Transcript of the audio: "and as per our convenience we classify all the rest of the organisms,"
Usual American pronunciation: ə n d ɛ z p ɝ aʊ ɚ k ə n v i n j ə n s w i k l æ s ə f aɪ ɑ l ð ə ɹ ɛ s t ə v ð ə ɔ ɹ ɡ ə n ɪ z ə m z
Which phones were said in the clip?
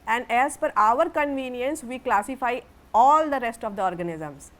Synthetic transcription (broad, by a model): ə n d ɛ z f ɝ aʊ ɚ k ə n v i n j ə n s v i k l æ s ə f aɪ ɑ l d ə ɹ ɛ s t ə v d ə ɔ ɹ ɡ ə n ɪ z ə m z